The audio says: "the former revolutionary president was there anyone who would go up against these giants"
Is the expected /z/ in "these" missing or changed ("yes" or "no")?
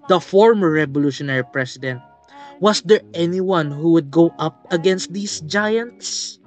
yes